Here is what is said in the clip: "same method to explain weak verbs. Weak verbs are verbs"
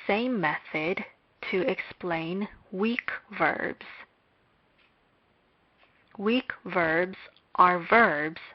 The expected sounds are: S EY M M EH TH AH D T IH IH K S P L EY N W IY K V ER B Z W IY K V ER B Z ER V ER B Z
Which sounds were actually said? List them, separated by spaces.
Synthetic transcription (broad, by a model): S EY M M EH TH AH D T IH IH K S P L EY N W IY K V ER B Z W IY K V ER B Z ER V ER B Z